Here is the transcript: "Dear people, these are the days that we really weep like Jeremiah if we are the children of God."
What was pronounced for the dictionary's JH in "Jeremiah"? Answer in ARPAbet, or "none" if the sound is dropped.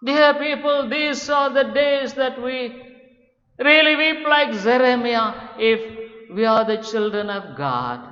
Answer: Z